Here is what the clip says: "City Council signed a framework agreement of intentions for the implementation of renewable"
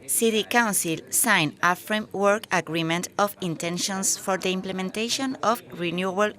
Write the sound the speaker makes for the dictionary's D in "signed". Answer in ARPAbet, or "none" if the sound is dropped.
none